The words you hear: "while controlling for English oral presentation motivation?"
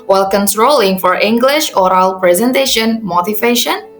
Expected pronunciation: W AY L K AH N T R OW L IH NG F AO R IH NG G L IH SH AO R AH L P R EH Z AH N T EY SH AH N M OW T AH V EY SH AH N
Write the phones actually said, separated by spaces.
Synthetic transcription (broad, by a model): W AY L K AH N T R OW L IH NG F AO R IH NG G L IH SH AO R AH L P R EH Z AH N T EY SH AH N M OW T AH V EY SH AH N